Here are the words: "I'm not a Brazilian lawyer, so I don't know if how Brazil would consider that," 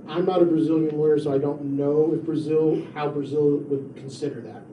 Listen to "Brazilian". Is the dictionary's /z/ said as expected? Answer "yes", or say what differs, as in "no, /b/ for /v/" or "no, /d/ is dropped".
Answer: yes